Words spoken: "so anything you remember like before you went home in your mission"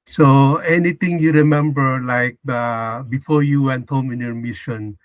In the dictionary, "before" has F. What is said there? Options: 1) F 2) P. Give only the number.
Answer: 1